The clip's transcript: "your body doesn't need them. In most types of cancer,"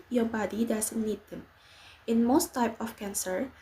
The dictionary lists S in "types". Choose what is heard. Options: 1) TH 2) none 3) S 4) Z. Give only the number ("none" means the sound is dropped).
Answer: 2